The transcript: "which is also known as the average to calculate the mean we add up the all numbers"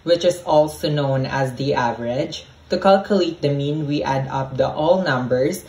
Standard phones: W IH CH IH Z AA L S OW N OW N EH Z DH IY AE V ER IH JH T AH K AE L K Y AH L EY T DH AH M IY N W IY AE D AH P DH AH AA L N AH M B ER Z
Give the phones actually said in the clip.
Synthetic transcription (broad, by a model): W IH CH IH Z AA L S OW N OW N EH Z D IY AE V ER IH JH T AH K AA L K Y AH L EY T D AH M IY N W IY AE D AH P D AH AA L N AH M B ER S